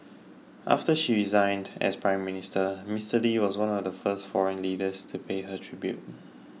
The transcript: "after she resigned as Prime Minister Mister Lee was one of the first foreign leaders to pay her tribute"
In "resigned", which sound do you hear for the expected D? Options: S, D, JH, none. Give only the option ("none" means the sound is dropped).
D